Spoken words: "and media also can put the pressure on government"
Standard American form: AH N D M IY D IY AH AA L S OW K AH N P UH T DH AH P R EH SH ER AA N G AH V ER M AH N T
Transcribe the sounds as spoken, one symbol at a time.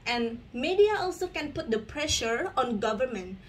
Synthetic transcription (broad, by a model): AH N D M IY D IY AH AA L S OW K AH N P UH T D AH P R EH SH ER AA N G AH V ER M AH N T